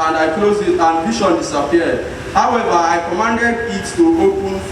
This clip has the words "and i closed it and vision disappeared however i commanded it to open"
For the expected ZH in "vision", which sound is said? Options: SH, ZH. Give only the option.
SH